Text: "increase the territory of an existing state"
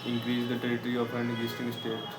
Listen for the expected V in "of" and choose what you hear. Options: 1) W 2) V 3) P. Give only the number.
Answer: 3